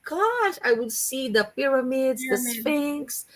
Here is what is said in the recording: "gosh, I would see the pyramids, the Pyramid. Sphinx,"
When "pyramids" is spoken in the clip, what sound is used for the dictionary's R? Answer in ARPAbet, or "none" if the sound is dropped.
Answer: R